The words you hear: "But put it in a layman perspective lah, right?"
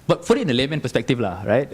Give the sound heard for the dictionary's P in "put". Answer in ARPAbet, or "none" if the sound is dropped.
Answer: F